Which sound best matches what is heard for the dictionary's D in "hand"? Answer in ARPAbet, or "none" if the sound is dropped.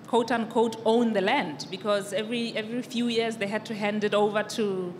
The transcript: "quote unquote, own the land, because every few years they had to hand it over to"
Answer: D